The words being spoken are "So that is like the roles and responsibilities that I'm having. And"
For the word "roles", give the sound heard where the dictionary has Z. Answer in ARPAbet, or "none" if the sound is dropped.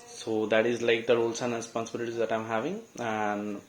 S